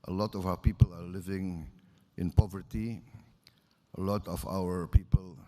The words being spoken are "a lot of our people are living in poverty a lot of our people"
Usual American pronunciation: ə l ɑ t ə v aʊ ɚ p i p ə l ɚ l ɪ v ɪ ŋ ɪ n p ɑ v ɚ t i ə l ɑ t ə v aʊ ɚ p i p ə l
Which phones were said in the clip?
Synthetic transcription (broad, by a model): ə l ɑ t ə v aʊ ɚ p i p ə l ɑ l ɪ v ɪ ŋ ɪ n p ɑ v ɚ t i ə l ɑ t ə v aʊ ɚ p i p ə l